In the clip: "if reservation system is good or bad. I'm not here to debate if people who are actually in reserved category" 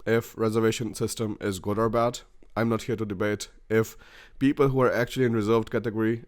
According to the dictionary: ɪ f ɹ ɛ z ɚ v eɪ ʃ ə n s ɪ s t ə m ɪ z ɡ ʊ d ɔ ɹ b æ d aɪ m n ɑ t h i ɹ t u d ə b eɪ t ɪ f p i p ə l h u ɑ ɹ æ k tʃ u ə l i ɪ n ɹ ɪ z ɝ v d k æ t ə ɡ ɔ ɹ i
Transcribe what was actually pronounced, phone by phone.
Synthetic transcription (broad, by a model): ɪ f ɹ ɛ z ɚ v eɪ ʃ ə n s ɪ s t ə m ɪ z ɡ ʊ d ɔ ɹ b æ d aɪ m n ɑ t h i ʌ t u d ə b eɪ t ɪ f p i p ə l h u ɑ ɹ æ k tʃ u ə l i ɪ n ɹ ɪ z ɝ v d k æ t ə ɡ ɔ ɹ i